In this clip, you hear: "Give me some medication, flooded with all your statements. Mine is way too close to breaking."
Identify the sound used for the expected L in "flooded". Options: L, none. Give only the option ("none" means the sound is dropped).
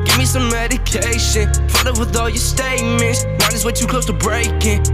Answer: none